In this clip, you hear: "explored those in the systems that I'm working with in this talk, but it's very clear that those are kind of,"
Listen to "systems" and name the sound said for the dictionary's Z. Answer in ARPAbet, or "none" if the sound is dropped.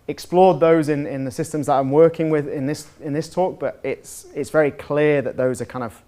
Z